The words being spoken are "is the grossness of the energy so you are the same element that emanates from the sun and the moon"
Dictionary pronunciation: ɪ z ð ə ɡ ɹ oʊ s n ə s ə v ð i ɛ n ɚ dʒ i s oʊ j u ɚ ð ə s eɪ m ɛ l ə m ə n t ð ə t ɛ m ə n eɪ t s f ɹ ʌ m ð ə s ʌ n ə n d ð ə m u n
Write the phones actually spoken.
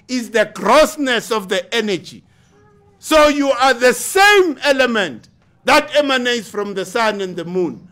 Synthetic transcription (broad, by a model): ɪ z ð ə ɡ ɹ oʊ s n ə s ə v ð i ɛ n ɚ dʒ i s oʊ j u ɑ ð ə s eɪ m ɛ l ə m ə n t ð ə t ɛ m ə n eɪ t s f ɹ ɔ m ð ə s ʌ n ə n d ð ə m u n